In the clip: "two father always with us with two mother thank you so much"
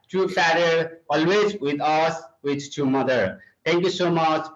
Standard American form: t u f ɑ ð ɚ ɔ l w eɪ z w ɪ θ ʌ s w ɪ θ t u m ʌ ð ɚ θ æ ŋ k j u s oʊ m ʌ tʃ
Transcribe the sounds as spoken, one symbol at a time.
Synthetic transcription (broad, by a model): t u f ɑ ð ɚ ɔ l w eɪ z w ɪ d ʌ s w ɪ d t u m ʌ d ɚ t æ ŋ k j u s oʊ m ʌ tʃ